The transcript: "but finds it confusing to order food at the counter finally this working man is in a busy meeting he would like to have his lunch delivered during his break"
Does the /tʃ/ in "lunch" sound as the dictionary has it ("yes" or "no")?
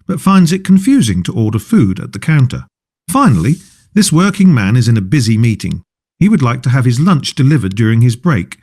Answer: yes